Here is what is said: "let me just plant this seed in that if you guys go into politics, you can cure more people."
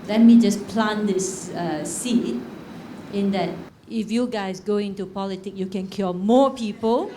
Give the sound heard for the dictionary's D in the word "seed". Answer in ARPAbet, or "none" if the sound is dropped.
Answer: none